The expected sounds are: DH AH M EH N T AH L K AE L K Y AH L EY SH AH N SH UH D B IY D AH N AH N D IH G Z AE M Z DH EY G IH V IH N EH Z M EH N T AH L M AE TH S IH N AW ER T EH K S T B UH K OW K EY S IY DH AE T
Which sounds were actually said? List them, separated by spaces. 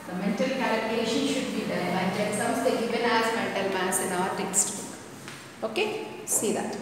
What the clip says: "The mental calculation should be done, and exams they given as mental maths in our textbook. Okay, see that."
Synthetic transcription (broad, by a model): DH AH M EH N T AH L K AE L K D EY SH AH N SH UH D B IY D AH AH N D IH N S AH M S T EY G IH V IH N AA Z M EH N T AH L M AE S IH N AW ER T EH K S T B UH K OW K EY S IY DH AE T